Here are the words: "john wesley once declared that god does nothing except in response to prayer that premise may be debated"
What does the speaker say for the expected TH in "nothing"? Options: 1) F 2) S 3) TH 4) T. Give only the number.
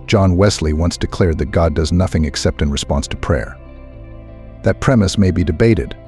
3